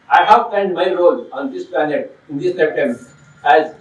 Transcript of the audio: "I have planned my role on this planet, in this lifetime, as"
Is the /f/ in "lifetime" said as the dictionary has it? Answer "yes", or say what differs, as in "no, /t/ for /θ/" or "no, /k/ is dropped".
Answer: no, /p/ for /f/